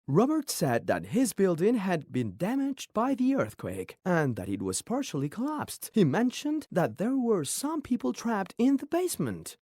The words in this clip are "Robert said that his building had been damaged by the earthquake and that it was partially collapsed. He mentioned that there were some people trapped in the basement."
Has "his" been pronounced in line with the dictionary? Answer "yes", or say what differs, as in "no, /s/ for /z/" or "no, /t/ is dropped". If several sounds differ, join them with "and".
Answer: yes